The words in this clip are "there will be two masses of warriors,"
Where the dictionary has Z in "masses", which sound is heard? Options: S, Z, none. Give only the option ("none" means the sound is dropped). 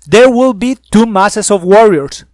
S